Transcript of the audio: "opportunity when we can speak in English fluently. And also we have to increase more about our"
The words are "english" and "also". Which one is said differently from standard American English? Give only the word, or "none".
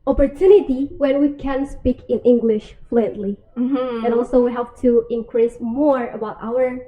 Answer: none